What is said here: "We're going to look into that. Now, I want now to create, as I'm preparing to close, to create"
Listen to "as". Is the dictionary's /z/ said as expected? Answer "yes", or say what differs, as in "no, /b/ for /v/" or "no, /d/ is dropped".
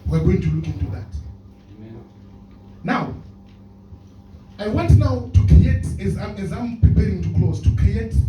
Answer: yes